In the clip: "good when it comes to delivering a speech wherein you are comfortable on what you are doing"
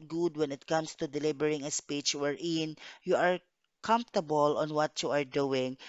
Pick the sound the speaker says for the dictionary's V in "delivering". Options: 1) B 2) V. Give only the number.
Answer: 1